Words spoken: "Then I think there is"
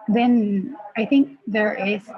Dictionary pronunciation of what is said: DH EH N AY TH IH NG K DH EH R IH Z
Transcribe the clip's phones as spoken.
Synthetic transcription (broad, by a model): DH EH N AY TH IH NG K DH EH R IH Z